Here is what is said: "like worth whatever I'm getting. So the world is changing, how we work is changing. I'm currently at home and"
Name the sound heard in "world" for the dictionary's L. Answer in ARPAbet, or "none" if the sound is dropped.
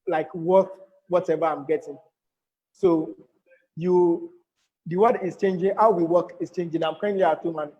W